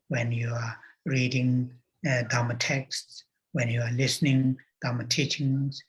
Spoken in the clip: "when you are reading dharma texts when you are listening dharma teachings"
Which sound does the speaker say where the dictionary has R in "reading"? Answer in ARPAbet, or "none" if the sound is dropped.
R